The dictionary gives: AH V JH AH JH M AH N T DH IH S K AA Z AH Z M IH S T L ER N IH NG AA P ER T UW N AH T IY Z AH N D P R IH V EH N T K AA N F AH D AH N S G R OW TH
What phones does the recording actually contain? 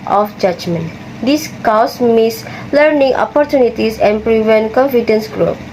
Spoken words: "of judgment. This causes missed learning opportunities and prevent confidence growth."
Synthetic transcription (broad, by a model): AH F JH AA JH M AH N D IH S K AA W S M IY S L ER N IH NG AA P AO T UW N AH T IY S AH N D P R IH V EH N T K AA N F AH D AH N S G R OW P